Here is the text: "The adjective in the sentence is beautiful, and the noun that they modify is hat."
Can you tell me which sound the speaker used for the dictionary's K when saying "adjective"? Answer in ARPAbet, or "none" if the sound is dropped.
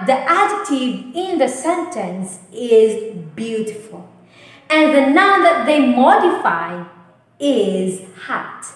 none